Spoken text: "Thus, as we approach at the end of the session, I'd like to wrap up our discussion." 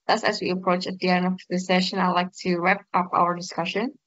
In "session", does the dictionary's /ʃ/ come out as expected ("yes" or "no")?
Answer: yes